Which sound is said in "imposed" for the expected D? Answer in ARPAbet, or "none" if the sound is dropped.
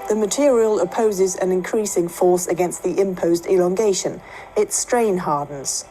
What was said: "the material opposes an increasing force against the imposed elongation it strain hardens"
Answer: D